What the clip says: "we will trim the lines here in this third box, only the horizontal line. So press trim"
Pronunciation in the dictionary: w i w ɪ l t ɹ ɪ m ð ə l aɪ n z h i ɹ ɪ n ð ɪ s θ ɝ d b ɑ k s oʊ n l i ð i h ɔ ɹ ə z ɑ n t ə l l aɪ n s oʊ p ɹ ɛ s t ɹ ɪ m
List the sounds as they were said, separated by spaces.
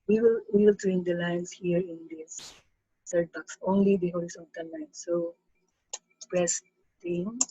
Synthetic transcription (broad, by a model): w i w ɪ l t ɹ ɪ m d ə l aɪ n s h i ɹ ɪ n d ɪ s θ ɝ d b ɑ k s oʊ n l i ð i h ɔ l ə s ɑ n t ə n l aɪ n s oʊ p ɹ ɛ s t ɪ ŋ